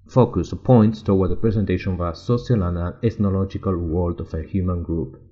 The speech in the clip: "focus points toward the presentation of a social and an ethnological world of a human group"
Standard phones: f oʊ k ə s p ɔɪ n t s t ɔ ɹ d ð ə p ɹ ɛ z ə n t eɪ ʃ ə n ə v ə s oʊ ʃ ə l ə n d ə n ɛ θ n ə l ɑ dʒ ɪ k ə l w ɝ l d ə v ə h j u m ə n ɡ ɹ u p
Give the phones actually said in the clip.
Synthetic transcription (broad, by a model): f oʊ k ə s p ɔɪ n t s t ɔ w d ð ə p ɹ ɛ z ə n t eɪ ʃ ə n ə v ə s oʊ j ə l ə n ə l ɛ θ n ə l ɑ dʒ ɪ k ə l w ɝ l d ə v ə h j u m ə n ɡ ɹ u p